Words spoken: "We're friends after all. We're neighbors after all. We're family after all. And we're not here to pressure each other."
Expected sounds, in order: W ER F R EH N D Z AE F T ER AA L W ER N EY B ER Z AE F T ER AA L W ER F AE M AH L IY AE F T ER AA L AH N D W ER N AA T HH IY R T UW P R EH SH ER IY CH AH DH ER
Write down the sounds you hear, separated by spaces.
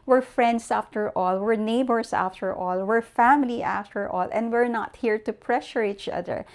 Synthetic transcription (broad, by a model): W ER F R EH N D S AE F T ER AA L W ER N EY B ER S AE F T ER AA L W ER F AE M AH L IY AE F T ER AA L AH N D W ER N AA T HH IY R T UW P R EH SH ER IY CH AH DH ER